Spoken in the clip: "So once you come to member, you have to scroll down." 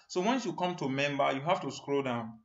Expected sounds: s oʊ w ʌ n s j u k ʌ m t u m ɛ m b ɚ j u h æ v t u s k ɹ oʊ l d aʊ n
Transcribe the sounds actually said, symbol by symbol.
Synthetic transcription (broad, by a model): s oʊ w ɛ n s j u k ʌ m t u m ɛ m b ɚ j u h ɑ f t u s k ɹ oʊ d aʊ n